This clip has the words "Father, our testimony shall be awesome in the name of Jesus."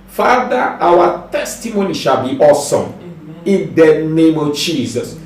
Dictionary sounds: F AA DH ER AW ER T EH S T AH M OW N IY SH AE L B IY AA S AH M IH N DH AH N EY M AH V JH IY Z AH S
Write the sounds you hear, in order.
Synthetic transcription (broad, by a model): F AA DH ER AW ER T EH S T AH M OW N IY SH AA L B IY AA S AH M IH N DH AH N EY M AH V JH IY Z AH S